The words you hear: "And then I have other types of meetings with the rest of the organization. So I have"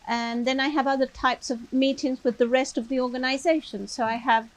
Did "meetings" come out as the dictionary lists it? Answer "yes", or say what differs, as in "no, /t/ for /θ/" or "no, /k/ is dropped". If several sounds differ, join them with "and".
yes